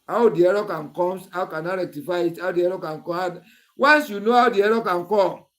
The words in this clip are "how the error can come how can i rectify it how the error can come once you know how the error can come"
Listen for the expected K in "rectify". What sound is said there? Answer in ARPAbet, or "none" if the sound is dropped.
K